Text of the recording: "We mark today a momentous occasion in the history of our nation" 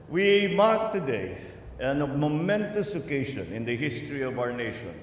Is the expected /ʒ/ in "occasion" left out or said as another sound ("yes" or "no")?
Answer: yes